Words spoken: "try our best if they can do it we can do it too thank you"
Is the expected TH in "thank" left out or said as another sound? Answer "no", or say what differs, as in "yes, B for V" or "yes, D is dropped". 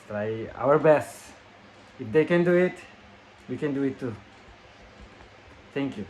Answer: yes, T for TH